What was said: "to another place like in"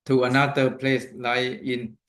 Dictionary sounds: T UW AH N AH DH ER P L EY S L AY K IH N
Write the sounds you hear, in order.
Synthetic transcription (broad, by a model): T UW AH N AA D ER P L EY S L AY IH N